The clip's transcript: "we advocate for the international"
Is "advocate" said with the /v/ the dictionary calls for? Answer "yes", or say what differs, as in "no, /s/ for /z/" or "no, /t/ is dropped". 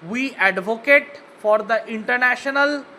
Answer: yes